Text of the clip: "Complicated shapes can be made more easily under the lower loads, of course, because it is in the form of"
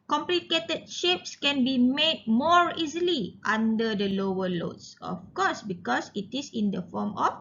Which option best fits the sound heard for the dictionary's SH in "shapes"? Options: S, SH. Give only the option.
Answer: SH